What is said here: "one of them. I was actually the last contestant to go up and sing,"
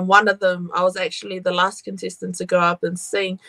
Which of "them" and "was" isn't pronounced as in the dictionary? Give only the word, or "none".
none